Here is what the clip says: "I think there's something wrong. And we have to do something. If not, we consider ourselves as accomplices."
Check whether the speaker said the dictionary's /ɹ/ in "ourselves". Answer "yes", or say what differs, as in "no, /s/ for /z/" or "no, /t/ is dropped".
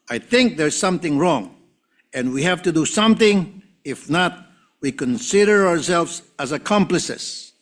yes